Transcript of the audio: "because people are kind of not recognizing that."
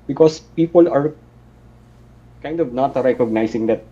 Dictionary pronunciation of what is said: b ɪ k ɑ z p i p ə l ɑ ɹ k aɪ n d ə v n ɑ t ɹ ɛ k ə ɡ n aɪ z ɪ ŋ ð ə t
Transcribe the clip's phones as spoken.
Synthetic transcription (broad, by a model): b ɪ k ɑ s p i p ə l ɑ ɹ k aɪ n d ə v n ɑ t ɹ ɛ k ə ɡ n aɪ s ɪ ŋ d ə t